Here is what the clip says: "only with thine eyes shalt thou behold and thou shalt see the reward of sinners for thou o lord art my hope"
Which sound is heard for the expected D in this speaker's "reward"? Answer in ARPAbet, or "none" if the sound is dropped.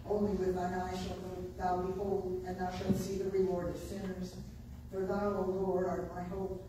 D